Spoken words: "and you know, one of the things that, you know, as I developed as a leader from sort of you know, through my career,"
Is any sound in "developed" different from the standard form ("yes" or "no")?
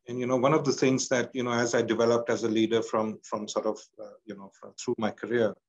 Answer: no